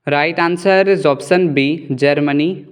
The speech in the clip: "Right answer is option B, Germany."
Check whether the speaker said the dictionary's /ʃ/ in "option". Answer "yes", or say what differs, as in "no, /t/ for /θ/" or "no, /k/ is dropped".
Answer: no, /s/ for /ʃ/